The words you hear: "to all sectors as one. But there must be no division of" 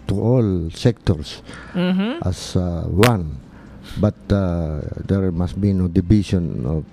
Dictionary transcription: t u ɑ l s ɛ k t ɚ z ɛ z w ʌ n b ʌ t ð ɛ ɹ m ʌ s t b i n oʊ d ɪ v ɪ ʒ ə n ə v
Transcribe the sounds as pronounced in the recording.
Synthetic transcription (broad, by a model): t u ɑ l s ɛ k t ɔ s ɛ s w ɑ n b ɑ t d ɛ ɹ m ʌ s t b i n oʊ d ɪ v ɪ s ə n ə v